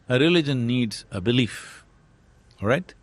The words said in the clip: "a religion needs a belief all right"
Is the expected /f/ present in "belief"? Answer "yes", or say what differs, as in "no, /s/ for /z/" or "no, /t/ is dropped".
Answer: yes